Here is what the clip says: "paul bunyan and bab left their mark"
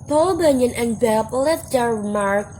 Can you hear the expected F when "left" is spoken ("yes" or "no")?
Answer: no